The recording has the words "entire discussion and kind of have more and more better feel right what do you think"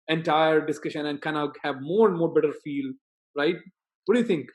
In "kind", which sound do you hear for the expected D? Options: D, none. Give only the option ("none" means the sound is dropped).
none